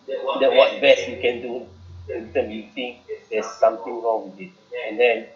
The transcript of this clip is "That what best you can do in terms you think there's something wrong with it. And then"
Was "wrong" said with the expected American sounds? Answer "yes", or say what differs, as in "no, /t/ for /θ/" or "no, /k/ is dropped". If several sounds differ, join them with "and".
yes